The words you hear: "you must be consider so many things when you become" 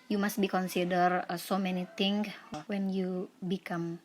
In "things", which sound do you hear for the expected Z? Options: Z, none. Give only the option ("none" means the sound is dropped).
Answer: none